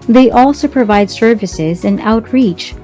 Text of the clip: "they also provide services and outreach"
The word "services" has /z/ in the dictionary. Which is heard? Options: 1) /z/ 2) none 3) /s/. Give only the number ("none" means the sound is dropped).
1